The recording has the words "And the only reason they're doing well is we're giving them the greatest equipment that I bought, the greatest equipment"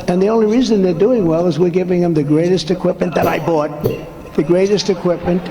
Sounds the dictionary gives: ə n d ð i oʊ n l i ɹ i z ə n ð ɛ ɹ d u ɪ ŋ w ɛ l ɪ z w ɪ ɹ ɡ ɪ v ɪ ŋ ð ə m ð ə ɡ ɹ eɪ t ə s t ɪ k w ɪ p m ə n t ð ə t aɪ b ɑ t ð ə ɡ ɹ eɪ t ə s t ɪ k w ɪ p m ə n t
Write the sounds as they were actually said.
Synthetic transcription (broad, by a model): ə n ð i oʊ n l i ɹ i z ə n ð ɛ ɹ d u ɪ ŋ w ɛ l ɪ z w ɪ ɹ ɡ ɪ v ɪ ŋ ð ə m ð ə ɡ ɹ eɪ t ə s t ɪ k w ɪ p m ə n ð ə t aɪ b ɑ t ð ə ɡ ɹ eɪ t ə s t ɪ k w ɪ p m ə n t